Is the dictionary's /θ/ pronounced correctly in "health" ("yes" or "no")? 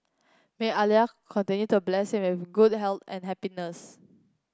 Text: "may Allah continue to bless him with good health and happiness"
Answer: no